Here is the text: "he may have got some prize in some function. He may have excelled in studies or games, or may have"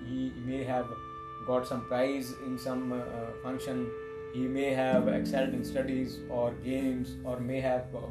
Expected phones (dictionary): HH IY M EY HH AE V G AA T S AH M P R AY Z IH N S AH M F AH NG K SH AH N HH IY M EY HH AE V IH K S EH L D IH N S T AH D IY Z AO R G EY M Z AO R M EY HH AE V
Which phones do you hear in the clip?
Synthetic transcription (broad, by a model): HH IY M EY HH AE V G AA T S AH M P R AY Z IH N S AH M F AH NG K SH AH N HH IY M EY HH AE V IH K S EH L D IH N S T AH D IY Z AO R G EY M Z AO R M EY HH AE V